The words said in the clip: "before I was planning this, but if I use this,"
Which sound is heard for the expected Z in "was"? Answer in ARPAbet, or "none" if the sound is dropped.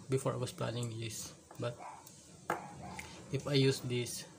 S